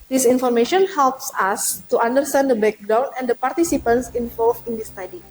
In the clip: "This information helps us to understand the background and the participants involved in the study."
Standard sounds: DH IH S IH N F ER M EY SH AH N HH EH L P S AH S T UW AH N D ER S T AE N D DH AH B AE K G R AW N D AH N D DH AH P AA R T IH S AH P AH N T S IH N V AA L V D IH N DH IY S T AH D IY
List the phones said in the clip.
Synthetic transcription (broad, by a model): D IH S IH N F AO M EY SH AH N HH EH L P S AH S T UW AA N D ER S T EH N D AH B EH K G R AW N AH N D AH P AA R T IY S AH P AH N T S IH N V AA L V IH N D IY S T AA D IY